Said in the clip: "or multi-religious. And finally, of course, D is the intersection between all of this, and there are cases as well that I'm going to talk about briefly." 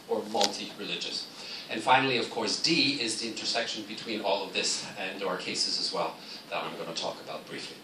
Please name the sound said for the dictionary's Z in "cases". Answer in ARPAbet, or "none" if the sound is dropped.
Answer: Z